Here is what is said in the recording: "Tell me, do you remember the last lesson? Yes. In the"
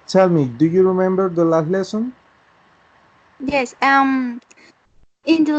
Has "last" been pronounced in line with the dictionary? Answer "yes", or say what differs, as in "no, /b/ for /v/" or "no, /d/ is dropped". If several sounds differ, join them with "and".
no, /s/ is dropped